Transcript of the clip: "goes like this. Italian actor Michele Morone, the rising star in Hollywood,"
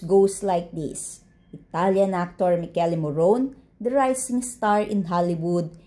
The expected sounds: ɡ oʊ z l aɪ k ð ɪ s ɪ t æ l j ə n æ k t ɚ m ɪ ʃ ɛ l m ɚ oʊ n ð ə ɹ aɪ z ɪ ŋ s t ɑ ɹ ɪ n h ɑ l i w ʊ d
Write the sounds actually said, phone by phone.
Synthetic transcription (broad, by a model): ɡ oʊ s l aɪ k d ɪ s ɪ t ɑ l j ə n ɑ k t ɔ m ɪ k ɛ l m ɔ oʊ n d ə ɹ aɪ s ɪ ŋ s t ɑ ɹ ɪ n h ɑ l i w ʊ d